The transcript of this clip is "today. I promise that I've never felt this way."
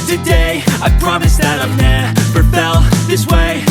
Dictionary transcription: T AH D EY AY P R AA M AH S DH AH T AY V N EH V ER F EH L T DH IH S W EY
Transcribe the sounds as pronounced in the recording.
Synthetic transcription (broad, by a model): T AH D EY AY P R AA M AH S DH AH T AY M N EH P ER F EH L DH IH S W EY